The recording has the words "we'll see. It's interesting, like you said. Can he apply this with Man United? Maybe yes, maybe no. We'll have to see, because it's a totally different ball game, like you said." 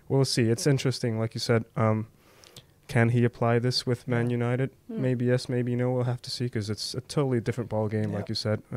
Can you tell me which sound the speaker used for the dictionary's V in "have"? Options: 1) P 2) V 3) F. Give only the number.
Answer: 3